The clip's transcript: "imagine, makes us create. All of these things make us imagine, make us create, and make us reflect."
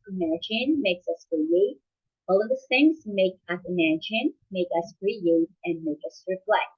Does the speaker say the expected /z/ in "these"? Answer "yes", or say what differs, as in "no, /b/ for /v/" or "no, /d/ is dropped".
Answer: no, /z/ is dropped